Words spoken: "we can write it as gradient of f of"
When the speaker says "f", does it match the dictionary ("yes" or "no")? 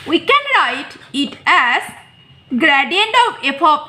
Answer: no